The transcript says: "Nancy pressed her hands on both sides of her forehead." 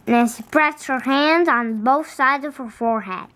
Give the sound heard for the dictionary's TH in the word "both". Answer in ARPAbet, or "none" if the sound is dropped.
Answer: TH